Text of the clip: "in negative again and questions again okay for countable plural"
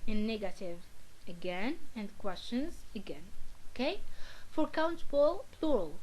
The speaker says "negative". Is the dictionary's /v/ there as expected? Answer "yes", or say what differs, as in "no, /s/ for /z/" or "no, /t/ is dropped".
yes